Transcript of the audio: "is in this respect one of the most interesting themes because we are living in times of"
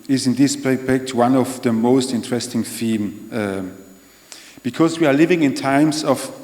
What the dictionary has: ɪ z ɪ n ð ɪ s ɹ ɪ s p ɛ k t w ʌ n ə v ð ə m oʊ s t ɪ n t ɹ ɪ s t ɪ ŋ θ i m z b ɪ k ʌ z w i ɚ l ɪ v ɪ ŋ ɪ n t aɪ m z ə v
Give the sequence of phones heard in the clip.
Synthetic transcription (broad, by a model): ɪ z ɪ n ð ɪ s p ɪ p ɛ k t w ʌ n ə v ð ə m oʊ s t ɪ n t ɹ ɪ s t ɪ ŋ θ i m b ɪ k ʌ z w i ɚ l ɪ v ɪ ŋ ɪ n t aɪ m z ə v